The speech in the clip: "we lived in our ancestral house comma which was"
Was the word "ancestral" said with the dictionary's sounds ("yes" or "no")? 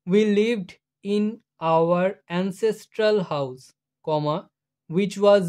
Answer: yes